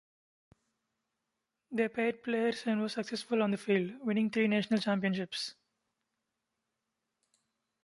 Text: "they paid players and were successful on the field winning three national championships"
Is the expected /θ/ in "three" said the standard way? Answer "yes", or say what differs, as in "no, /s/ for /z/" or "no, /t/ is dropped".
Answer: no, /t/ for /θ/